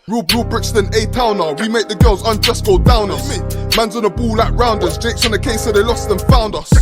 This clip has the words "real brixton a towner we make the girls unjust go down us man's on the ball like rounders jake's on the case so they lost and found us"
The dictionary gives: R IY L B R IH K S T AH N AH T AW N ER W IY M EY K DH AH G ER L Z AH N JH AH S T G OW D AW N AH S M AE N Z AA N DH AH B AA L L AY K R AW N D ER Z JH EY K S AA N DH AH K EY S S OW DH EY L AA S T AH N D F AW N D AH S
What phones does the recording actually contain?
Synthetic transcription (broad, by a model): R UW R B R IH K S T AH N AH T AW N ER W IY M EY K DH AH G ER L Z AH N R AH S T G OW D AW N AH M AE N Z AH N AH B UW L L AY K R AW N D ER S JH EY K S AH N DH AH K EY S S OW DH EY L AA S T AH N F AW N D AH S